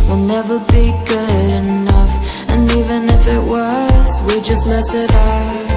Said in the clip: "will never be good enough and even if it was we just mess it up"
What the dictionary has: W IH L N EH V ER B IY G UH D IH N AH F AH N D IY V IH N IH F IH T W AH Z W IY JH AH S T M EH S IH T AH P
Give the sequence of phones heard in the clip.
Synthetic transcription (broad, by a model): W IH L N EH V ER B IY G UH D IH N AH F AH N IY V IH N IH F IH T W AH Z W IY JH AH S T M EH S IH T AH